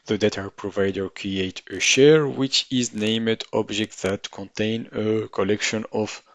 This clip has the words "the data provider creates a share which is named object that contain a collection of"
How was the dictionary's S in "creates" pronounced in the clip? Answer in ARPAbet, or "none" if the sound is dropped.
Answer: none